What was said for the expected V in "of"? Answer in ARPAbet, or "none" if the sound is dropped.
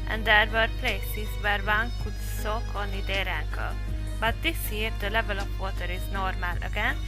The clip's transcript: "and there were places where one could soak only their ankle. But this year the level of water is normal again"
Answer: P